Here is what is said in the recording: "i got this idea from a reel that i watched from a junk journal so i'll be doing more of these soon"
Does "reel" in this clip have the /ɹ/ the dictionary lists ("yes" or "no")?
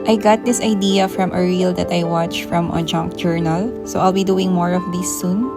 yes